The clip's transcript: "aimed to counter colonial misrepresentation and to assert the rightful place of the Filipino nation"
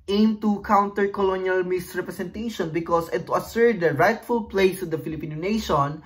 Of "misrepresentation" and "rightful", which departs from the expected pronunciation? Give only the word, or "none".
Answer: misrepresentation